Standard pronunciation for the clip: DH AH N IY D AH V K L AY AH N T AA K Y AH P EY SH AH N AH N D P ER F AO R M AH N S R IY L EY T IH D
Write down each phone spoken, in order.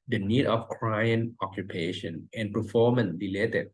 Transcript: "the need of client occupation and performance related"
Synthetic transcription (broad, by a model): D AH N IY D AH F K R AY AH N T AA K Y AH P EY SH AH N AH N P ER F AO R M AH N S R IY L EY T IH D